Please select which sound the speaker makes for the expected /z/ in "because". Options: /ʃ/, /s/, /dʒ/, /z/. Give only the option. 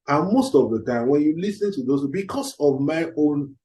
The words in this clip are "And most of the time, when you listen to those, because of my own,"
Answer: /s/